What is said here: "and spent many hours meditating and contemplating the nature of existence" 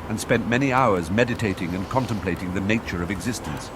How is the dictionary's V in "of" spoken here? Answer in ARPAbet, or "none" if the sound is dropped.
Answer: V